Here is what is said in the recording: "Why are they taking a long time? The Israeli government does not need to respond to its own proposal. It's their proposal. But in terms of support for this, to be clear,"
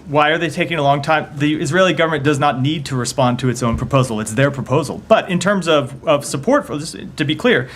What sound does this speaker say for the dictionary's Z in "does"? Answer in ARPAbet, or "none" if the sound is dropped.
Z